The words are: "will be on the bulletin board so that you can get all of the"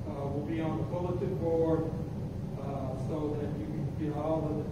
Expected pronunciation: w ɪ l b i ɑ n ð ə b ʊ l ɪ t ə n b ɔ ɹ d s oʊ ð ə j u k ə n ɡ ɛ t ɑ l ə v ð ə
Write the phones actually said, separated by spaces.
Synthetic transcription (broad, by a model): w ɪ l b i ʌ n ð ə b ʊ l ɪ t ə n b ɔ ɹ d s oʊ ð ə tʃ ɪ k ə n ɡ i ɑ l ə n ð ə